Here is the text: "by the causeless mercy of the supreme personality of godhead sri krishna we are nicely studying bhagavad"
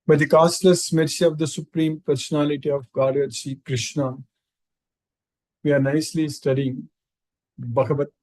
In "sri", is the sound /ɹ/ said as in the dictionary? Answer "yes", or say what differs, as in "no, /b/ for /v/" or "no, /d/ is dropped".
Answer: no, /ɹ/ is dropped